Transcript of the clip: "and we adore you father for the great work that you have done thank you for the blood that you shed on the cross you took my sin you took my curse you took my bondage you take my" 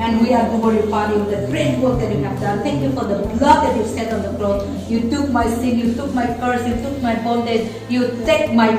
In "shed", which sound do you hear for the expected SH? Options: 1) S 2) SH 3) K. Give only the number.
1